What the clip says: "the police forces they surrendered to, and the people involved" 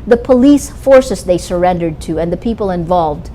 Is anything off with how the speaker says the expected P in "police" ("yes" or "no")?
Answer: no